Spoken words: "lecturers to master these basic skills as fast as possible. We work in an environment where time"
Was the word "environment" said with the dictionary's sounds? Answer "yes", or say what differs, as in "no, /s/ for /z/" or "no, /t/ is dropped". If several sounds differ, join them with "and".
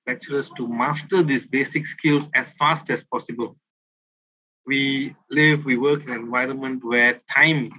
yes